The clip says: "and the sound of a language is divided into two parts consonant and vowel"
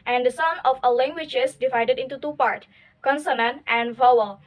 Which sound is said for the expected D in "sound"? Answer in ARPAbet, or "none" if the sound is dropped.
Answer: none